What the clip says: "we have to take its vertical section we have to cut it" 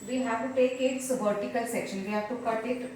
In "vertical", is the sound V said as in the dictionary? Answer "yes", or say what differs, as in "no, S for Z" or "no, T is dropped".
no, B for V